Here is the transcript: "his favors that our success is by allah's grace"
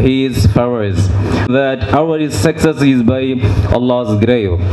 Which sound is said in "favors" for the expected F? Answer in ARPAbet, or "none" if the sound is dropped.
P